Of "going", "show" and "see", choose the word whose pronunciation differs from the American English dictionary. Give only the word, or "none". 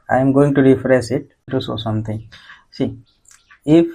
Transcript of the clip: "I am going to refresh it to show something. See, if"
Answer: show